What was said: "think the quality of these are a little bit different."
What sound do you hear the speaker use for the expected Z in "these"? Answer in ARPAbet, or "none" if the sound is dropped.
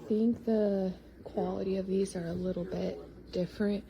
Z